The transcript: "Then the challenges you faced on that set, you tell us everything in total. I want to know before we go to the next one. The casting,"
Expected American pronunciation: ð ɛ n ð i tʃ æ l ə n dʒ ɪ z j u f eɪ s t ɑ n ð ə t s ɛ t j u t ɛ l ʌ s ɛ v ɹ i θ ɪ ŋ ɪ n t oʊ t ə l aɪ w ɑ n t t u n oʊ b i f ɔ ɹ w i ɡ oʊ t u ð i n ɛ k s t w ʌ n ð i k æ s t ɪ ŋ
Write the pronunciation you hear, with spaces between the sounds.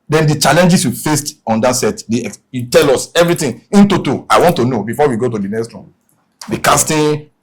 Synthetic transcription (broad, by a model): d ɛ n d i tʃ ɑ l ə n dʒ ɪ s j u f eɪ s t ɑ n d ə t s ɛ t j u t ɛ l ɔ s ɛ v ɹ i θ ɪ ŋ ɪ n t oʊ t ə aɪ w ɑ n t t u n oʊ b i f ɔ w i ɡ oʊ t u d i n ɛ k s t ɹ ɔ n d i k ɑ s t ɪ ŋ